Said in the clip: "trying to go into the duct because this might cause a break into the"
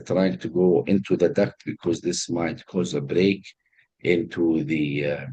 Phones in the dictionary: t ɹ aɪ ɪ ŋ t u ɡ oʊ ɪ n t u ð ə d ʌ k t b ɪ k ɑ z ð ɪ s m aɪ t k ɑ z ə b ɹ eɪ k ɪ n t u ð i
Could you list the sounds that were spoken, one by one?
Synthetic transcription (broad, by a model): t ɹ aɪ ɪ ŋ t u ɡ oʊ ɪ n t u ð ə d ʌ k b ɪ k ɑ z ð ɪ s m aɪ t k ɑ z ə b ɹ eɪ k ɪ n t u ð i